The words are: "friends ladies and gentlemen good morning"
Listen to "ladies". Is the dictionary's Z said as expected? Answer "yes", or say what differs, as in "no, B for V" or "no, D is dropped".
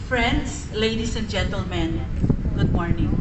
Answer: no, S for Z